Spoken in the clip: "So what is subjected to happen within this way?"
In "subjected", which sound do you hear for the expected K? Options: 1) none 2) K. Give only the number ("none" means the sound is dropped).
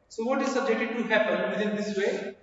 1